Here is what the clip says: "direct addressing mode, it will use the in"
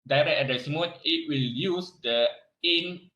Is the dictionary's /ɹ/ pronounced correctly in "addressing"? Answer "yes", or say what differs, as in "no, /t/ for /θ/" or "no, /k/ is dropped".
no, /ɹ/ is dropped